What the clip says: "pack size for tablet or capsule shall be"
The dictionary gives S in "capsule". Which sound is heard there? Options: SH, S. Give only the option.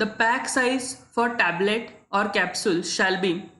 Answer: S